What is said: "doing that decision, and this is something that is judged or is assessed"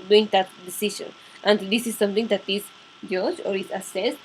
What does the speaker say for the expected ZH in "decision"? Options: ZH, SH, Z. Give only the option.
SH